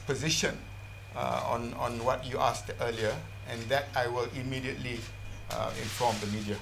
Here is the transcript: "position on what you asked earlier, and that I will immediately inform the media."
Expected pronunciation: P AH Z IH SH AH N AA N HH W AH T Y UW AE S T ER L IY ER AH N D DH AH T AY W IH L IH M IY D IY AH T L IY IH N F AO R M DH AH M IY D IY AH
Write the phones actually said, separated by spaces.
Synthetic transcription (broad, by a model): P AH Z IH SH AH N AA N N W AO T Y UW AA S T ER L IY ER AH N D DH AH T AY W IH L IH M IY D IY AH T L IY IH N F AO M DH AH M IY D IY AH